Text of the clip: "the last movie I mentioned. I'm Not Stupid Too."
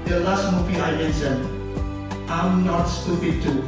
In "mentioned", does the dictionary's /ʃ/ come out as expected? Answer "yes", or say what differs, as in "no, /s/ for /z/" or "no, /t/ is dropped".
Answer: no, /s/ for /ʃ/